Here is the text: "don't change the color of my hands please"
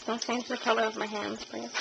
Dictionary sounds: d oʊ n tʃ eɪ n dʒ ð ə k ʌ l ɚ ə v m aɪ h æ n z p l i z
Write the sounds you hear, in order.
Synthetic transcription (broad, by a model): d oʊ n s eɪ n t ð ə k ʌ l ɚ ə v m aɪ h æ n z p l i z